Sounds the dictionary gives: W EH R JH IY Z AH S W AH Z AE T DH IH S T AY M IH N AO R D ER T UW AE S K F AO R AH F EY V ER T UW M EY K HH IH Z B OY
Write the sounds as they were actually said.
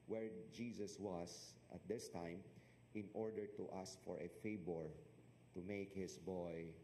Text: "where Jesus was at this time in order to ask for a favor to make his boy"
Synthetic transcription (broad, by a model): W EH R JH IY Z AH S W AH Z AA T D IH S T AY M IH N AO R D ER T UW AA S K F AO R AH F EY B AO T UW M EY K HH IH S B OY